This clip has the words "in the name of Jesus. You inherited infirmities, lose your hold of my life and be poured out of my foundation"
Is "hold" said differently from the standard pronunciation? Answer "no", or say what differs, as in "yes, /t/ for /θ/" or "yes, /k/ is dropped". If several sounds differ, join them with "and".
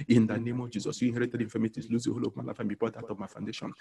yes, /d/ is dropped